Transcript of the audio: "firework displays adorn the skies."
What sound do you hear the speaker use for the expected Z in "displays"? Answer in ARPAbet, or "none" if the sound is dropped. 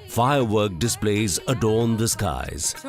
Z